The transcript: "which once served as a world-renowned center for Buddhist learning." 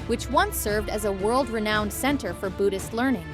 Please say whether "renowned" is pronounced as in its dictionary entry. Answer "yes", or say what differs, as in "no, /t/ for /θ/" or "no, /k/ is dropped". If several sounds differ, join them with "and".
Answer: yes